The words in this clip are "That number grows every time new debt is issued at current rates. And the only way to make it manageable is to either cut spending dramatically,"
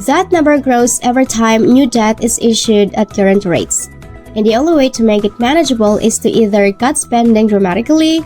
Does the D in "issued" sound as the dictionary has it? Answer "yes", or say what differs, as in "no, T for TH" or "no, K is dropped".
yes